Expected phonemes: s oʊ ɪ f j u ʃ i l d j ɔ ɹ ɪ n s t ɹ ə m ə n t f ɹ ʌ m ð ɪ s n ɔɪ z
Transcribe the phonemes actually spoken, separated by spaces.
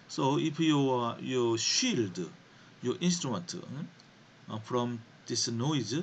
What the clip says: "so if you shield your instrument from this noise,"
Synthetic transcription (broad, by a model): s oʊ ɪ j j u ʃ i l d j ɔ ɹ ɪ n s t ɹ ə m ə n t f ɹ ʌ m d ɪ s n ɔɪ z